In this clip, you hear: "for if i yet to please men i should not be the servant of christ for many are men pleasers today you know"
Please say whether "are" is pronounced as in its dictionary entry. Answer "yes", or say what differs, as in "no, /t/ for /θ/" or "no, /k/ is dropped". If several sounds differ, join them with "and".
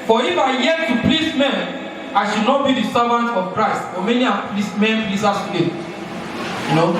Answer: no, /l/ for /ɹ/